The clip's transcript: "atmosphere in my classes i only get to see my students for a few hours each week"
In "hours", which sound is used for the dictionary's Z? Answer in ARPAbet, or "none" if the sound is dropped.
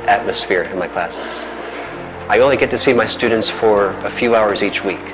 Z